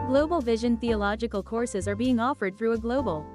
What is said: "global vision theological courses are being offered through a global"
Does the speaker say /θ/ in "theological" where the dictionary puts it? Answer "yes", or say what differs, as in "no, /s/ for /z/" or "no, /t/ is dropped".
yes